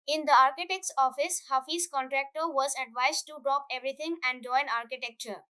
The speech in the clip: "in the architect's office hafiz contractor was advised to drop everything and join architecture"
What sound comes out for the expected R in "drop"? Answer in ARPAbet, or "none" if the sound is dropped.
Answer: R